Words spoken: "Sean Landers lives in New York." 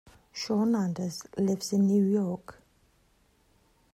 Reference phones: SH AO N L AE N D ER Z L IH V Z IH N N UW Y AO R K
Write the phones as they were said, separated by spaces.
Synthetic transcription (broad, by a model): SH AO N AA N D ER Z L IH V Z IH N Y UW Y AO K